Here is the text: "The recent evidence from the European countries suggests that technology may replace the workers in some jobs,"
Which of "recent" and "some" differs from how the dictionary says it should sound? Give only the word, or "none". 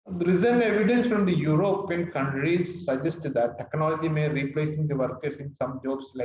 recent